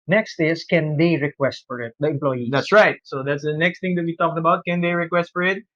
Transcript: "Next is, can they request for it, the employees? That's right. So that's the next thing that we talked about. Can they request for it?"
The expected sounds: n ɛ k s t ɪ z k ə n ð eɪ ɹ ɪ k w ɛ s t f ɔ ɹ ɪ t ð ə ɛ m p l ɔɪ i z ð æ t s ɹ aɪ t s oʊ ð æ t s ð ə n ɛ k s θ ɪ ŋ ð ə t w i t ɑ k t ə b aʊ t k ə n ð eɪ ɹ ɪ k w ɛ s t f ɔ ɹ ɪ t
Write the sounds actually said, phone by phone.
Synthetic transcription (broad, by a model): n ɛ k s t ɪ s k ə n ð eɪ ɹ ɪ k w ɛ s t f ɔ ɹ ɪ t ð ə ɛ m p l ɔɪ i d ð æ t s ɹ aɪ t s oʊ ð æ t s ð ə n ɛ k s t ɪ ŋ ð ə t w i t ɑ k t ə b aʊ t k ə n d eɪ ɹ ɪ k w ɛ s t f ɔ ɹ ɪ t